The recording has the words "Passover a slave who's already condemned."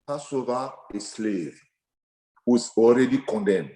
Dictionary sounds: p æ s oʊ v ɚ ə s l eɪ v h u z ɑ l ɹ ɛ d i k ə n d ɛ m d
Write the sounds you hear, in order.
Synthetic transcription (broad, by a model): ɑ s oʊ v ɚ ə s l eɪ v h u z ɑ l ɹ ɛ d i k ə n d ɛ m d